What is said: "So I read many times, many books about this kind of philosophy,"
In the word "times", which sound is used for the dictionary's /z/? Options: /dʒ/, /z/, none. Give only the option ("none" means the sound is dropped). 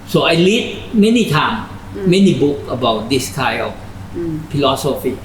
none